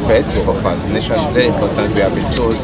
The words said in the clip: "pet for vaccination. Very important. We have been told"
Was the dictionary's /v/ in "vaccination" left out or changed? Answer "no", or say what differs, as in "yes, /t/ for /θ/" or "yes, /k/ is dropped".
yes, /f/ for /v/